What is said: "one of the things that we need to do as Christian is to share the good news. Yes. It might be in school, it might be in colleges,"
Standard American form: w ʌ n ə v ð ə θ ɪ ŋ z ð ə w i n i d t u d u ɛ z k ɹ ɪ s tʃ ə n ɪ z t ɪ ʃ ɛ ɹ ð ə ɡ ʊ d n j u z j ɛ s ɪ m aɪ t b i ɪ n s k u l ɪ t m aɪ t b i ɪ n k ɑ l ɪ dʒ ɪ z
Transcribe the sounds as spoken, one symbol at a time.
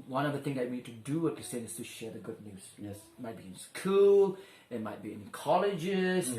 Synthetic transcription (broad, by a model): w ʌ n ə v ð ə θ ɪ ŋ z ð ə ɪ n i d t u d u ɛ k ɪ s ə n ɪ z t ɪ ʃ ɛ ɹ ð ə ɡ ʊ d n j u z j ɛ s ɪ m aɪ t b i ɪ n s k u l ɪ t m aɪ t b i ɪ n k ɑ l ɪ dʒ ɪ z